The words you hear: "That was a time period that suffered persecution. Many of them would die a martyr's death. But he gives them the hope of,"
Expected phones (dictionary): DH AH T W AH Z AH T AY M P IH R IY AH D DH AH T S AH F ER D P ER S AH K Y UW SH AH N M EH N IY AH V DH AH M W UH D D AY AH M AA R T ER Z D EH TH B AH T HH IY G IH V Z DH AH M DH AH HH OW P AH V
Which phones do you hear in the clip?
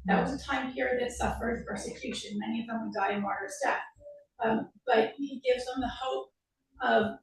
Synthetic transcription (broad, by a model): DH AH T W AH Z AH T AY M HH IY R DH AH T S AH F ER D P ER S AH K Y UW SH AH N M EH N IY AH V DH AH M W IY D D AY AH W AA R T ER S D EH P B AH T HH IY G IH V Z DH AH M DH AH HH OW P AH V